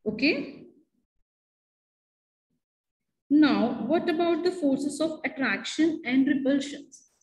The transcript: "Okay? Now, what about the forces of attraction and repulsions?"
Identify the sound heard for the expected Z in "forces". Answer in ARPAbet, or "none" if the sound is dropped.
S